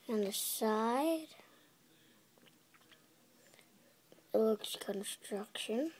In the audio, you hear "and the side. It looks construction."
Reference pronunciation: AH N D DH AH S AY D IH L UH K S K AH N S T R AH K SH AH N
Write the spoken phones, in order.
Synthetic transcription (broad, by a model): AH N DH AH S AY IH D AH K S K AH N S T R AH K SH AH N